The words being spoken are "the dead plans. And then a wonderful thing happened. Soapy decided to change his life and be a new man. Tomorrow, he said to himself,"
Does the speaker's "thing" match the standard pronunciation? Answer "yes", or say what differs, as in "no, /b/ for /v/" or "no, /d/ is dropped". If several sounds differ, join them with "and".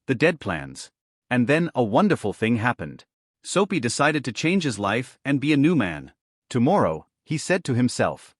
yes